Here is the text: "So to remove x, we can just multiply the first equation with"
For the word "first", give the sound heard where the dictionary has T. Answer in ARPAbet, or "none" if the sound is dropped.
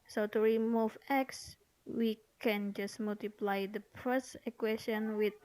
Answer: none